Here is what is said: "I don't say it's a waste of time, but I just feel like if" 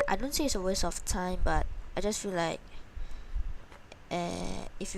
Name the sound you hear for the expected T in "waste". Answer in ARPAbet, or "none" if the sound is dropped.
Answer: none